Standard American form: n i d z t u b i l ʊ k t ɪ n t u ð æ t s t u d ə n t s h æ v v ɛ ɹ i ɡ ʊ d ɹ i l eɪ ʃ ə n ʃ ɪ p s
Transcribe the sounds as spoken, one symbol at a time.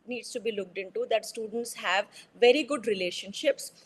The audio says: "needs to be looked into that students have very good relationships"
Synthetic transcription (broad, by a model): n i d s t u b i l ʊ k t ɪ n t u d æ t s t u d ə n t s h æ v v ɛ ɹ i ɡ ʊ d ɹ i l eɪ ʃ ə n ʃ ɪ p s